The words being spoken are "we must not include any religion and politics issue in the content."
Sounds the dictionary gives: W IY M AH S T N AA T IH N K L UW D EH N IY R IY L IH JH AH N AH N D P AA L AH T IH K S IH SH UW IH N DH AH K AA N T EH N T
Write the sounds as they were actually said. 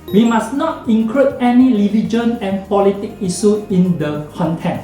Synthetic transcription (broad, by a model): W IY M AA S N AA T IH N K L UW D EH N IY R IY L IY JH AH N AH N P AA L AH T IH K IY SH UW IH N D AH K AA N T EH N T